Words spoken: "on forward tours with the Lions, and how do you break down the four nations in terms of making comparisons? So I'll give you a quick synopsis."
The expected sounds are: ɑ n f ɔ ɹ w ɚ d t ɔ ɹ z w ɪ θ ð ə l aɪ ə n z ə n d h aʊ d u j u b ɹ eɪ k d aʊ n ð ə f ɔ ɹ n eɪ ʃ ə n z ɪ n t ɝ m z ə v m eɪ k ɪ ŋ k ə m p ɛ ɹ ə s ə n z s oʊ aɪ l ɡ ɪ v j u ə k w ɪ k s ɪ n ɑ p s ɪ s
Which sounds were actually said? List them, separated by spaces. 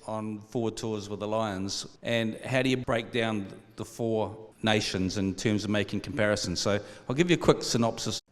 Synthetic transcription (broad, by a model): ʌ n f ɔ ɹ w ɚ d t ɔ ɹ z w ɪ ð ə l aɪ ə n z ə n h aʊ d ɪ j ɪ b ɹ eɪ k d aʊ n ð ə f ɔ ɹ n eɪ ʃ ə n z ɪ n t ɝ m z ə v m eɪ k ɪ ŋ k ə m p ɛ ɹ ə s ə n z s oʊ aɪ l ɡ ɪ v j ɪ ə k w ɪ k s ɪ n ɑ p s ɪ s